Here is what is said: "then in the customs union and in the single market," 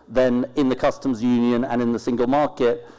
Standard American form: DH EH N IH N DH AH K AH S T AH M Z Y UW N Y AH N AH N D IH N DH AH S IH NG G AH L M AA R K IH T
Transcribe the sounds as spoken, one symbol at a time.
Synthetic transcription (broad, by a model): DH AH N IH N DH AH K AH S T AH M Z Y UW N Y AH N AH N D IH N DH AH S IH NG G AH L M AA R K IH T